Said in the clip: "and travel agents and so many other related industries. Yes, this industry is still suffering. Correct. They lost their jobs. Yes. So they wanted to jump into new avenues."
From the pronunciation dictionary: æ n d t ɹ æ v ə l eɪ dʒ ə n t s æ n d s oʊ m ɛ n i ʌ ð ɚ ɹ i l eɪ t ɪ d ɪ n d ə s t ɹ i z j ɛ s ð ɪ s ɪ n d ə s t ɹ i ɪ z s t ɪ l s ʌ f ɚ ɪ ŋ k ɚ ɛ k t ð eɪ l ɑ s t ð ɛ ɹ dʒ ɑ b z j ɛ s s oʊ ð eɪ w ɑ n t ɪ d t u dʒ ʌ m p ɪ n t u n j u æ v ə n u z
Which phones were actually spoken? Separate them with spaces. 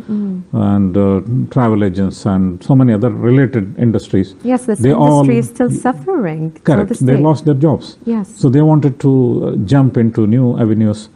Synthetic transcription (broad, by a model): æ n d t ɹ æ v ə l eɪ dʒ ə n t s æ n d s oʊ m ɛ n i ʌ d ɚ ɹ i l eɪ t ɪ d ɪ n d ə s t ɹ i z j ɛ s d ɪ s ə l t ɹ i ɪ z s t ɪ l s ʌ f ɚ ɪ ŋ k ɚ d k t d eɪ l ɑ s t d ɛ ɹ dʒ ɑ b s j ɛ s s oʊ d eɪ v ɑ n t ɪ d t u dʒ ʌ m p ɪ n t u n j u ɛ v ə n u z